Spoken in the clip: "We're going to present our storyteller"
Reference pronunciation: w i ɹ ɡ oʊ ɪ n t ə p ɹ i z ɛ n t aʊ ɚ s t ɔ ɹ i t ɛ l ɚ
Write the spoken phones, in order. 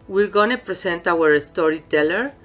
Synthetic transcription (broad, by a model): w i ɹ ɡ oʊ n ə p ɹ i s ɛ n t aʊ ɚ s t ɔ ɹ i t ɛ l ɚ